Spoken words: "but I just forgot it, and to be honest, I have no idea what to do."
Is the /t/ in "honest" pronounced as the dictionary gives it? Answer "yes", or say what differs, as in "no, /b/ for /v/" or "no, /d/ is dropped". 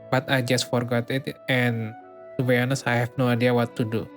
no, /t/ is dropped